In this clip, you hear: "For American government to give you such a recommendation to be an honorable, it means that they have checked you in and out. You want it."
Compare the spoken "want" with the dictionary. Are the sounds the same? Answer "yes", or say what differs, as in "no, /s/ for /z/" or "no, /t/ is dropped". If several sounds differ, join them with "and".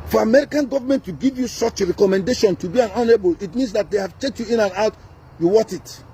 no, /n/ is dropped